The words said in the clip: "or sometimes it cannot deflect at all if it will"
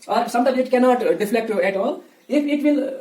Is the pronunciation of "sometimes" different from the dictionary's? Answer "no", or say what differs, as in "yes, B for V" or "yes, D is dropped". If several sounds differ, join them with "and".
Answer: yes, Z is dropped